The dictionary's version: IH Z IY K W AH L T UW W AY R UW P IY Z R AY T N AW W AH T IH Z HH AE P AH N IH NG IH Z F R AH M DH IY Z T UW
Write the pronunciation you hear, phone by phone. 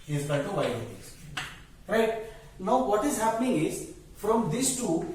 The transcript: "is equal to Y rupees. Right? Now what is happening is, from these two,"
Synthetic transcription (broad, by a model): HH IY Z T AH N T UW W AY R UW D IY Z R AY T N AW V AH T IH Z HH AE P AH N IH NG IH Z F R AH M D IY S T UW